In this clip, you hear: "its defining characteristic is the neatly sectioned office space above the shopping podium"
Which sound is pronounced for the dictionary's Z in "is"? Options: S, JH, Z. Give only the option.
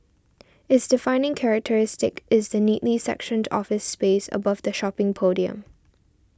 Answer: Z